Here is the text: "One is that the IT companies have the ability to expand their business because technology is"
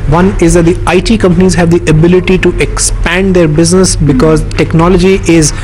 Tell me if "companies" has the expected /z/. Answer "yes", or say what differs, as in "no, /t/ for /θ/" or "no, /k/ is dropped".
yes